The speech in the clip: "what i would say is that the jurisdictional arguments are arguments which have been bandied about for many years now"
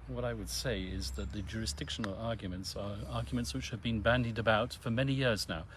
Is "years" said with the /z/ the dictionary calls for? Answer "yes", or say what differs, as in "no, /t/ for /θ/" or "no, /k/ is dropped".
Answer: yes